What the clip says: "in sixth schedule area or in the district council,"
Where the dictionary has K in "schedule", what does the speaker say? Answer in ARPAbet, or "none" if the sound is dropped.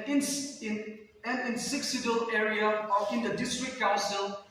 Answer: none